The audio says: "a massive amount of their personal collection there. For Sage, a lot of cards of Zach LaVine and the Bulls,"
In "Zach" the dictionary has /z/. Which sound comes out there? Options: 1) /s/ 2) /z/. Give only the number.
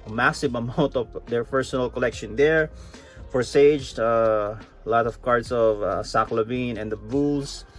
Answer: 1